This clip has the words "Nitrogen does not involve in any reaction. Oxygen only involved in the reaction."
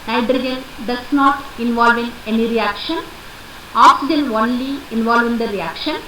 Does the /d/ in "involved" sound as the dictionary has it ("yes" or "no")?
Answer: no